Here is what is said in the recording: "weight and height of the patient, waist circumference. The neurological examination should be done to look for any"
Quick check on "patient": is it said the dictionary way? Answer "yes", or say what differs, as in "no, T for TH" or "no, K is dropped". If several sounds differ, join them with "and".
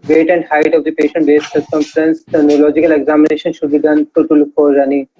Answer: yes